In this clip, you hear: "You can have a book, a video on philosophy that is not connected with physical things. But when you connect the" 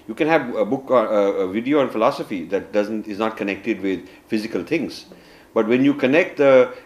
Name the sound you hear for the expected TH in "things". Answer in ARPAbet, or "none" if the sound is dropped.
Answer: T